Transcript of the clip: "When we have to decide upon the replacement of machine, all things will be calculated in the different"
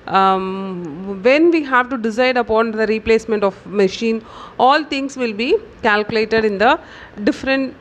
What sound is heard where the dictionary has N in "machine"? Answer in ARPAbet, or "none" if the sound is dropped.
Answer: N